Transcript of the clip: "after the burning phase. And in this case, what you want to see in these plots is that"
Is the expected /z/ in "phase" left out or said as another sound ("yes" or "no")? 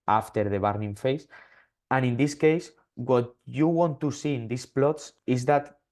yes